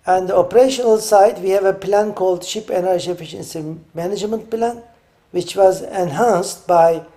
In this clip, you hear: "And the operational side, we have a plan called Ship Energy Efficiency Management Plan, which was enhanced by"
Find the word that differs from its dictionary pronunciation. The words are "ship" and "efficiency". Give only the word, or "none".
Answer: none